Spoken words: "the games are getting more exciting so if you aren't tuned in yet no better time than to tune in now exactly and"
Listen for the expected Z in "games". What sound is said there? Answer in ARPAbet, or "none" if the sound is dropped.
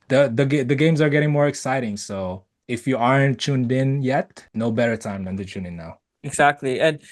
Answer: Z